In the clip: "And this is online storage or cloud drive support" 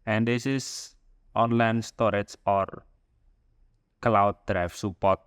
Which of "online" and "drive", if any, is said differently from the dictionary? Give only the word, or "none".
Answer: drive